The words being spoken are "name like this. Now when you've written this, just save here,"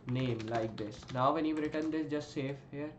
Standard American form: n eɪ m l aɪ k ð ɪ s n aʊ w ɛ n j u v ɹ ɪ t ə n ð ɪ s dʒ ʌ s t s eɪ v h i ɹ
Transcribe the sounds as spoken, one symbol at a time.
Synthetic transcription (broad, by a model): n eɪ m l aɪ k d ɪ s n aʊ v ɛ n j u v ɹ ɪ t ə n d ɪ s dʒ ʌ s t s eɪ f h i ɹ